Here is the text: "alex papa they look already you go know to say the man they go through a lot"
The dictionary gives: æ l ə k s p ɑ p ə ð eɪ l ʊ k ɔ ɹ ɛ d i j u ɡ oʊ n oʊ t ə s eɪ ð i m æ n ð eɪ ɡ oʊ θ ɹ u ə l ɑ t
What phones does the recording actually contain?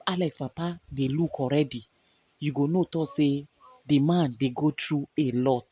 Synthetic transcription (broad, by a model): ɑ l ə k s p ɑ p ə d eɪ l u k ɔ ɹ ɛ d i j u ɡ oʊ n oʊ t ə s eɪ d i m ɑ n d eɪ ɡ oʊ t ɹ u ə l ɑ t